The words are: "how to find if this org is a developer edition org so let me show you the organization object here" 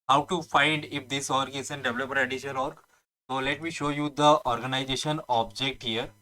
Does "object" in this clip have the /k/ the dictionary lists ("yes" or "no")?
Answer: yes